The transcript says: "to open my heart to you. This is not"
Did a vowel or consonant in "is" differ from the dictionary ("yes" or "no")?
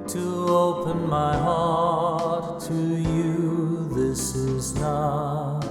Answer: no